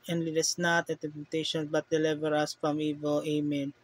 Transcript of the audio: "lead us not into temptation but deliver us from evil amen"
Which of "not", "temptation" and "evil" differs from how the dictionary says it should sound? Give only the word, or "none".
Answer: temptation